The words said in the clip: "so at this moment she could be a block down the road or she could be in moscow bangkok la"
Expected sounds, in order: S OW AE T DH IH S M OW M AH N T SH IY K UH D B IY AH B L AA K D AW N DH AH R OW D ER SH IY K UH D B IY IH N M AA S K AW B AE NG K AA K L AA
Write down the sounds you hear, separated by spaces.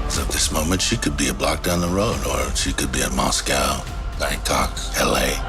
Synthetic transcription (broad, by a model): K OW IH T DH IH S M OW M AH N T SH IY K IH D B IY AH B L AA K D AW N DH AH R OW D ER SH IY K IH D B IY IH M AA S K AW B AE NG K AA K L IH